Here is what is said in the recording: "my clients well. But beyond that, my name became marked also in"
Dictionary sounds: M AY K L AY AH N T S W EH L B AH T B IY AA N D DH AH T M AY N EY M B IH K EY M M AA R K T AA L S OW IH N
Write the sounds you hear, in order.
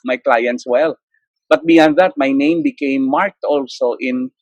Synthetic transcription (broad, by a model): M AY K L AY AH N T S W EH L B AH T B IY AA N D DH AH T M AY N EY M B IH K EY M M AA R K T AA L S OW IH N